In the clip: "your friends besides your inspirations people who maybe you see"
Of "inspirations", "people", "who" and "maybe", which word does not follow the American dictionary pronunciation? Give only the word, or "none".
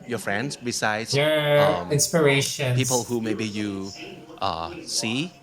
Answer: inspirations